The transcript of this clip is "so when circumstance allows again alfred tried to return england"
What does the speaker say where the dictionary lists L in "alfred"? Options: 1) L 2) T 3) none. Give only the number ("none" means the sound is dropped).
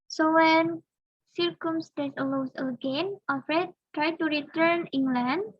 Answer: 3